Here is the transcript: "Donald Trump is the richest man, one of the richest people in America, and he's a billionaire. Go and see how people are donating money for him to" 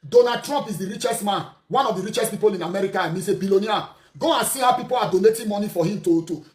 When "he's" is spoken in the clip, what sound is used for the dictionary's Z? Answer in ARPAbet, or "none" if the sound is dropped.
S